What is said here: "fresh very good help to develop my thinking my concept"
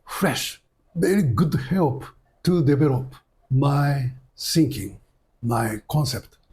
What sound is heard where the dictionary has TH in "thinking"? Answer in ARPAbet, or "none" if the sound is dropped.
S